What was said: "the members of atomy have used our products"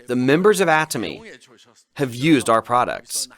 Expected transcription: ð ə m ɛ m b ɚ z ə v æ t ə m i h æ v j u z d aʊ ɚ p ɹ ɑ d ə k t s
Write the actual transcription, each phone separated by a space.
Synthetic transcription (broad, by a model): ð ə m ɛ m b ɚ z ə v æ t ə m i h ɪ v j u z d aʊ ɚ p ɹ ɑ d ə k t s